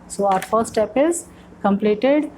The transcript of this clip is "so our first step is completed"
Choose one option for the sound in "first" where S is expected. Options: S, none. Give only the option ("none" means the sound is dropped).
none